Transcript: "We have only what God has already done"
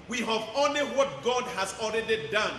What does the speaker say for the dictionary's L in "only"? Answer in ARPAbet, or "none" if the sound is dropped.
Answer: L